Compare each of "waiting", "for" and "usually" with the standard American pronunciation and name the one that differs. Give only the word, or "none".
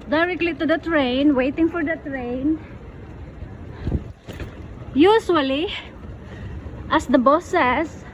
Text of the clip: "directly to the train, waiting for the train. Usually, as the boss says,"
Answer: usually